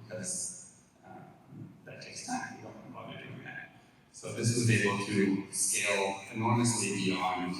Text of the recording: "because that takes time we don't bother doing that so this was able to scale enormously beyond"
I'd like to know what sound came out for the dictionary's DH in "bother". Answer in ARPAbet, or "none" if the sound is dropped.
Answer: none